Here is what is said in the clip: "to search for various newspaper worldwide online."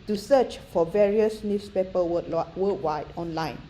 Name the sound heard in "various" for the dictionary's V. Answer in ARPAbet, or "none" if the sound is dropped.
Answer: V